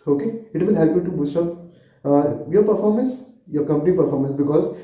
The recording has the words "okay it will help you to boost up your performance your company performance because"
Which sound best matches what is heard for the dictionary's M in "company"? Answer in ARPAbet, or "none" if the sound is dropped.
M